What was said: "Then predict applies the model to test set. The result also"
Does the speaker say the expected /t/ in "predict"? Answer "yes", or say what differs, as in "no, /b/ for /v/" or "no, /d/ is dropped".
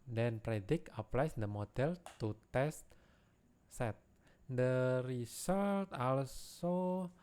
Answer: no, /t/ is dropped